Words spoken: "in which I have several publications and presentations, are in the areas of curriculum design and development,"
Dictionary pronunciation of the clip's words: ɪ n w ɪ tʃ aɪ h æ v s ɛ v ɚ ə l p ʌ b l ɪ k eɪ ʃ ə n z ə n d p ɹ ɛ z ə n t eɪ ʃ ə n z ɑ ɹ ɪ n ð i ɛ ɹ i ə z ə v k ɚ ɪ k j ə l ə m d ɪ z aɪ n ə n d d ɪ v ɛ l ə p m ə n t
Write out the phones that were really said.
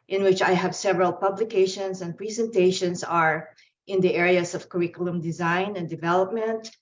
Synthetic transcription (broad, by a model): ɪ n w ɪ tʃ aɪ h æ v s ɛ v ɚ ə l p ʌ b l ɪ k eɪ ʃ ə n s ə n d p ɹ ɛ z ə n t eɪ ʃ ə n s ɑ ɹ ɪ n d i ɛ ɹ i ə s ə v k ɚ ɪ k j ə l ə m d ɪ z aɪ n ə n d d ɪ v ɛ l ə p m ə n t